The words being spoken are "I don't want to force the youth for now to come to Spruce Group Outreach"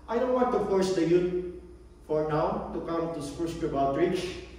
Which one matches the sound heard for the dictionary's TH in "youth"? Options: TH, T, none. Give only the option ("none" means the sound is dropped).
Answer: T